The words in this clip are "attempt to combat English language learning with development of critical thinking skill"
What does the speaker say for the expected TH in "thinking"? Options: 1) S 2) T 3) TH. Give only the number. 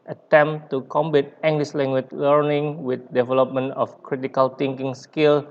2